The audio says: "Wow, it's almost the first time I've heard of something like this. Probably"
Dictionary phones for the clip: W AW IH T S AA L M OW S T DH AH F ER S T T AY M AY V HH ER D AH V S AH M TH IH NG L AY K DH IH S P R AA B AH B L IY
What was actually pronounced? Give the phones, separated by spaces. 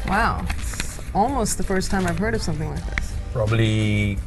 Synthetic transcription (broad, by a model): W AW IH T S AA L M OW S T DH AH F ER S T T AY M AY V HH ER D AH V S AH M TH IH NG L AY K DH IH S P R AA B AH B L IY